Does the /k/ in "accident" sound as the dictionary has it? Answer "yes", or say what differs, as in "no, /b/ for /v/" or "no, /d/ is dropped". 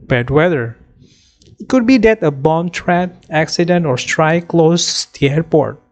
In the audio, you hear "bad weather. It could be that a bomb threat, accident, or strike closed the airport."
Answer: yes